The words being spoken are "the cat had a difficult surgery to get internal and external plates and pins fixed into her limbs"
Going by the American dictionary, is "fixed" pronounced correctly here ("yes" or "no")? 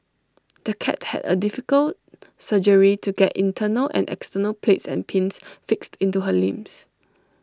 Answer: yes